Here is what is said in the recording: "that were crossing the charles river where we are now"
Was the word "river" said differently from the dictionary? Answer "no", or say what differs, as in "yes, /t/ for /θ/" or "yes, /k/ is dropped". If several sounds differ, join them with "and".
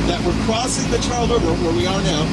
yes, /v/ is dropped